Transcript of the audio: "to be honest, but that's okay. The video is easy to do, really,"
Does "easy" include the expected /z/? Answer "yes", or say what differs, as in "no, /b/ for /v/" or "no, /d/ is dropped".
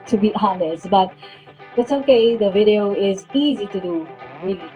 yes